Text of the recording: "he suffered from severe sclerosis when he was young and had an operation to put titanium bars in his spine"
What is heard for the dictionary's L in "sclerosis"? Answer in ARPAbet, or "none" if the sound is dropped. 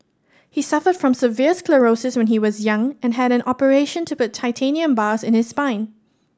L